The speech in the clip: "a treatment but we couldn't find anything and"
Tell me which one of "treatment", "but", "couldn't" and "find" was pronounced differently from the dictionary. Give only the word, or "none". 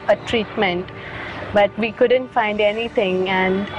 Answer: none